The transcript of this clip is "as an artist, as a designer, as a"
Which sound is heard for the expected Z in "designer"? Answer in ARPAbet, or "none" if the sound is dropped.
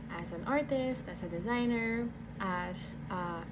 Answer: Z